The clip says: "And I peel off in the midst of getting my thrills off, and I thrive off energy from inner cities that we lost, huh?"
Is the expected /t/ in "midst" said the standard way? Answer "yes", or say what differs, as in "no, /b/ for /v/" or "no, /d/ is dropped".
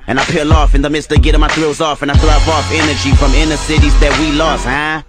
yes